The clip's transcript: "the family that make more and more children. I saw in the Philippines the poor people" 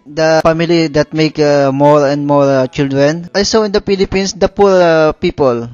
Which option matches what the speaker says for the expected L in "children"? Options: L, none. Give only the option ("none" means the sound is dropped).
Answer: L